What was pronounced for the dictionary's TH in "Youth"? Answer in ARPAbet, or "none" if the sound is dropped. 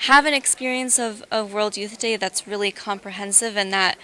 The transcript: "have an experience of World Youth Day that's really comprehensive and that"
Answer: TH